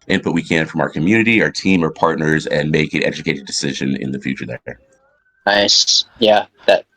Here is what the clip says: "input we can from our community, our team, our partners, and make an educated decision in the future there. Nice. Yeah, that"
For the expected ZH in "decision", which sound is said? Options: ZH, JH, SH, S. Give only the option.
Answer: ZH